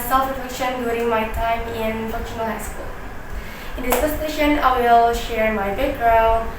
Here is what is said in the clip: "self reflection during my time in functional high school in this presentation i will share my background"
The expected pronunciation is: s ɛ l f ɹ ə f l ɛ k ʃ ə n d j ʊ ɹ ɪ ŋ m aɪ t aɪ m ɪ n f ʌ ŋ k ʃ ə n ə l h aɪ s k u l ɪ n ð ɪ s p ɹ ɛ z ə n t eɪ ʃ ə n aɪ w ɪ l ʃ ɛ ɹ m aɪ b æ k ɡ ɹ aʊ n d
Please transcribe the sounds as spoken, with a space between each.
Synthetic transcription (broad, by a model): s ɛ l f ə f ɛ ʃ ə n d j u ɹ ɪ ŋ m aɪ t aɪ m ɪ n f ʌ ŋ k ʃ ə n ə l h aɪ s k u l ɪ n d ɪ s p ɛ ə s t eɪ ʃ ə n aɪ w ɪ l ʃ ɛ ɹ m aɪ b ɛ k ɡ ɹ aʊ n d